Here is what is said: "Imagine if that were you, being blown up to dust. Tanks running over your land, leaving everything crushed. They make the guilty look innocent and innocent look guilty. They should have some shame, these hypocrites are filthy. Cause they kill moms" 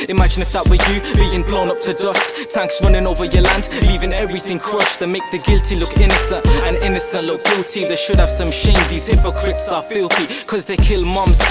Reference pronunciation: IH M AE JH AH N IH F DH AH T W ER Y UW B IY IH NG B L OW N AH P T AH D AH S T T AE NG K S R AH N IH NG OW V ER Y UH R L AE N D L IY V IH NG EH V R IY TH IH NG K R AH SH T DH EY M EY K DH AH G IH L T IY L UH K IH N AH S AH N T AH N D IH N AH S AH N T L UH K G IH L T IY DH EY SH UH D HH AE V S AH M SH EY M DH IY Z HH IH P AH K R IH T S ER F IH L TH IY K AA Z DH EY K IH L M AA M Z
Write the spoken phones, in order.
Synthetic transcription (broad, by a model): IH M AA JH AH N IH F DH AH T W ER Y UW B IY IH NG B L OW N AH P T AH D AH S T T AE NG K S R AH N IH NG OW V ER Y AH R L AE N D L IY V IH NG EH V R IY TH IH NG K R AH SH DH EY M EY K DH AH G IH L T IY L UH K IH N AH S AH N T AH N IH N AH S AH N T L UH K G IH L T IY DH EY SH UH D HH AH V S AH M SH EY M DH IY Z HH IH P AH K R IH T S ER F IH L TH IY K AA Z DH EY K IH L M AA M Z